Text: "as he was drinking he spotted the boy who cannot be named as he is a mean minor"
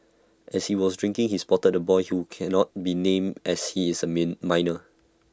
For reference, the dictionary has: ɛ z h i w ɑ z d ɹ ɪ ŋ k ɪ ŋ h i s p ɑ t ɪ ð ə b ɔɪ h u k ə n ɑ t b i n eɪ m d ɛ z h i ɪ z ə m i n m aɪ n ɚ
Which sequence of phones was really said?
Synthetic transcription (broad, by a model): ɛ s h i w ɑ s d ɹ ɪ ŋ k ɪ ŋ h i s p ɑ t ɪ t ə b ɔɪ h u k ə n ɑ t b i n eɪ m ɛ s h i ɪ s ə m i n m aɪ n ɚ